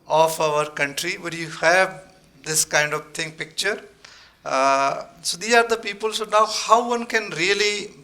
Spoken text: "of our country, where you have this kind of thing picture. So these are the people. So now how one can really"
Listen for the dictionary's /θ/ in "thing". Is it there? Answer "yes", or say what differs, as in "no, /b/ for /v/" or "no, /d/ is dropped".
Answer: no, /t/ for /θ/